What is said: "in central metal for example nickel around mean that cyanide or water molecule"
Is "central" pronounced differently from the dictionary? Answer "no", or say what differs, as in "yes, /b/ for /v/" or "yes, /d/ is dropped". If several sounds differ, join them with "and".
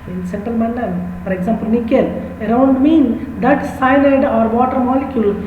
yes, /ɹ/ is dropped